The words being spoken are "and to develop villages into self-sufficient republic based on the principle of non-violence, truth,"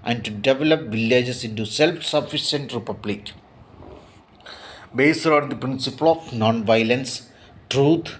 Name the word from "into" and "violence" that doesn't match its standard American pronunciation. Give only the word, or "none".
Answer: none